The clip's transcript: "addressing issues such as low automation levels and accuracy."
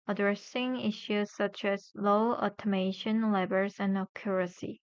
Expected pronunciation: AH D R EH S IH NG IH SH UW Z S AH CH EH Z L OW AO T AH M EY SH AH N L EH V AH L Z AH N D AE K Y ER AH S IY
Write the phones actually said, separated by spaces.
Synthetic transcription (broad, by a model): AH D R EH S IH NG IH SH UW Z S AH CH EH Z L OW AO T AH M EY SH AH N L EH B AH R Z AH N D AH K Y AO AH S IY